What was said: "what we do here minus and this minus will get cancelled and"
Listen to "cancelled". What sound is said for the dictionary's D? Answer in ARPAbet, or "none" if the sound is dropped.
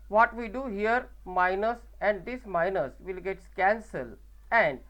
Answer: none